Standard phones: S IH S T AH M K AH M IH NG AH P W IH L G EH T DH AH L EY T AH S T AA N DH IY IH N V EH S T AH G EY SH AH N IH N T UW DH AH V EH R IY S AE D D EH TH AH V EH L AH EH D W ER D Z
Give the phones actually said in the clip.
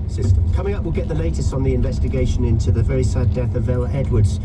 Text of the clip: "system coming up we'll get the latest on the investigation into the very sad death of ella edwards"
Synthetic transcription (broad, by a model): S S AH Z K AH M IH NG AH P W IH L G EH T DH AH L EY T AH S T N DH IY IH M V EH S T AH G EY SH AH N IH N T UW DH AH V EH R IY S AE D D EH TH AH V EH L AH EH D W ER D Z